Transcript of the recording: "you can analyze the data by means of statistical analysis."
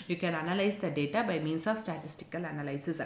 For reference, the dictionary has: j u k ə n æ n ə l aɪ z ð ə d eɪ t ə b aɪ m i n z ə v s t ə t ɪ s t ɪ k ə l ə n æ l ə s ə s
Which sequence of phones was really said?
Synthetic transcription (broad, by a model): j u k ə n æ n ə l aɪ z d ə d eɪ t ə b aɪ m i n s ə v s t ə t ɪ s t ɪ k ə l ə n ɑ l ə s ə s